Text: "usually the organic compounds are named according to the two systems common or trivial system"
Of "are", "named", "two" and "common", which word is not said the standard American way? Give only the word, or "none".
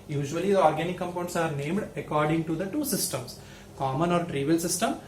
none